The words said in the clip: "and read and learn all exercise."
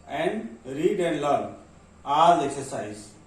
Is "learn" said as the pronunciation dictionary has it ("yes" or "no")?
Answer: no